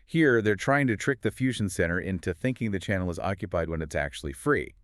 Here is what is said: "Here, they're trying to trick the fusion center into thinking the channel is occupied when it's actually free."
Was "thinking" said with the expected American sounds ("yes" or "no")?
yes